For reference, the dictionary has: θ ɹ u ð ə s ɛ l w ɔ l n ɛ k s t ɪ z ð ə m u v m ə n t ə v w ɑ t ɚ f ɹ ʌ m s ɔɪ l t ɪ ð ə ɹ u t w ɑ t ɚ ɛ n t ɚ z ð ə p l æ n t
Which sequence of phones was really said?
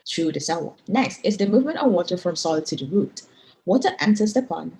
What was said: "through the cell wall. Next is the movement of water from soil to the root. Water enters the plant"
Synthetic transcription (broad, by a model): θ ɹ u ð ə s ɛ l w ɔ n ɛ k s t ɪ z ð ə m u v m ə n t ə v w ɑ t ɚ f ɹ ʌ m s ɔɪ l t ɪ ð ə ɹ u t w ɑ t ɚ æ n s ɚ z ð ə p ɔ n